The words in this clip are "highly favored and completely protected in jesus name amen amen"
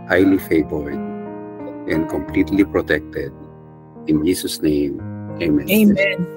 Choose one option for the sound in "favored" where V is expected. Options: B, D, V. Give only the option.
B